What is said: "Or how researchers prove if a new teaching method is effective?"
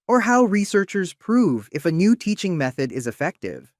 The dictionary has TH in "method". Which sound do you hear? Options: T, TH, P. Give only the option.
TH